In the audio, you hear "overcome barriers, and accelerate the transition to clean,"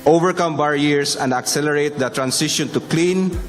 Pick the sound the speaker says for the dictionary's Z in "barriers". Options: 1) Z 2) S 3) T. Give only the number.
2